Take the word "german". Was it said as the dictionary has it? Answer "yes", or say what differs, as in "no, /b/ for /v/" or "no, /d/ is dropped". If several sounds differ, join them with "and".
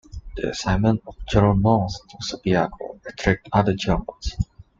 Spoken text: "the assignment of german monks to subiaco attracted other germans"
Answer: no, /m/ is dropped